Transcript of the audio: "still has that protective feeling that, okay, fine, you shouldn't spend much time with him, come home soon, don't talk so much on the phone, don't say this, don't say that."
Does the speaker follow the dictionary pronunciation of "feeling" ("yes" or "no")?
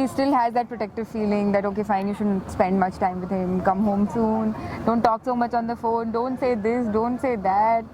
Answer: yes